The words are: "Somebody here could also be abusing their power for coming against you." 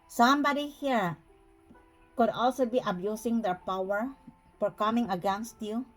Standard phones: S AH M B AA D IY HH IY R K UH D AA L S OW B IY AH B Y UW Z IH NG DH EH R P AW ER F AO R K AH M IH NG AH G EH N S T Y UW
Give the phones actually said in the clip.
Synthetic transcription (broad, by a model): S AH M B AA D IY HH IY R K UH D AA L S OW B IY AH B Y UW S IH NG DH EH R P AW ER F AO R K AH M IH NG AH G EH N S T Y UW